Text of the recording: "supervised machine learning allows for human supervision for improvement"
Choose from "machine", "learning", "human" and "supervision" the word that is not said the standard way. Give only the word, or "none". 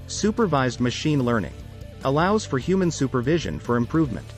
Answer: none